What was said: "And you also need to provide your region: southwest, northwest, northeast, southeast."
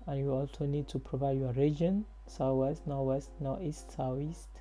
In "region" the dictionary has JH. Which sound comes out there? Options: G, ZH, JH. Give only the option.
JH